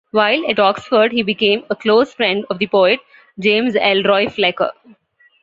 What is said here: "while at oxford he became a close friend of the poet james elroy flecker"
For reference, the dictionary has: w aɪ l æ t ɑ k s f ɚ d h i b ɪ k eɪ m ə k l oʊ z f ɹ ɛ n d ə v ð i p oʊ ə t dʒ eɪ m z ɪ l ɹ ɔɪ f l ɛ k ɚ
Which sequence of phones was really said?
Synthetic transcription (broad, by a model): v aɪ l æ t ɑ k s f ɚ d h i b ɪ k eɪ m ə k l oʊ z f ɹ ɛ n d ə v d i p oʊ ə t dʒ eɪ m z ɪ l ɹ ɔɪ f l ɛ k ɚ